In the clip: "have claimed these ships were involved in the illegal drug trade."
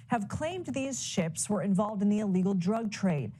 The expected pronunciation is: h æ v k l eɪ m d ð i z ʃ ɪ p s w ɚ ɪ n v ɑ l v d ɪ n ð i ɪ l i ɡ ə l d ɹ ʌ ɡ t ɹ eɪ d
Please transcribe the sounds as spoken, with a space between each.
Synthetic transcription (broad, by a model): h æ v k l eɪ m d ð i z ʃ ɪ p s w ɚ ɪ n v ɑ l v d ɪ n ð i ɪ l i ɡ l d ɹ ʌ ɡ t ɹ eɪ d